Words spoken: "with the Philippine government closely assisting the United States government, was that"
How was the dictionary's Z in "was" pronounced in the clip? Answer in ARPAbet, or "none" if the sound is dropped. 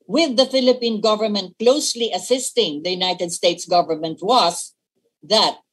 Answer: S